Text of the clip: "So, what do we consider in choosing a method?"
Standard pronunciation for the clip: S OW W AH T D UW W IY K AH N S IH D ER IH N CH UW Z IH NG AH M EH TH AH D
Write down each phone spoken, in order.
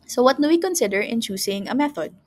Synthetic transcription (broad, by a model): S OW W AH T D UW W IY K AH N S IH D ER IH N CH UW S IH NG AH M EH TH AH D